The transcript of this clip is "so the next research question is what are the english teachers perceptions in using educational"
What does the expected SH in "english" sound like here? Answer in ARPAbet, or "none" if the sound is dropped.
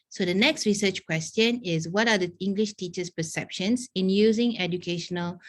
SH